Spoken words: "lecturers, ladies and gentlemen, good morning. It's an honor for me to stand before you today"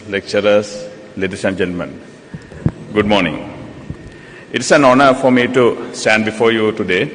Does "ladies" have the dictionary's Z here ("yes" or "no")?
no